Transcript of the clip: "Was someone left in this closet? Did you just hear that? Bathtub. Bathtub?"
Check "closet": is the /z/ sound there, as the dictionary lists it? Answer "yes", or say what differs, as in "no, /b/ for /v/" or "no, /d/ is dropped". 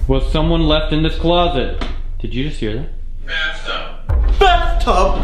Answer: yes